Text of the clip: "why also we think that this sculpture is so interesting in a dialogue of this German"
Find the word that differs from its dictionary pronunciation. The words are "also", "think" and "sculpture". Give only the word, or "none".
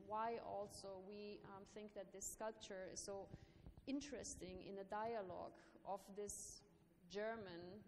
none